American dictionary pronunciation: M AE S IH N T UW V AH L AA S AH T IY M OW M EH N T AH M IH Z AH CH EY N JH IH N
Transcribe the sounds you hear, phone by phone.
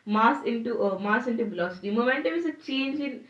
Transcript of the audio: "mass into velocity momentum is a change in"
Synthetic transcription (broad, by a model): M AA S IH N T UW V AH L AA S AH T IY M OW M EH N T AH M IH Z AH CH EY N JH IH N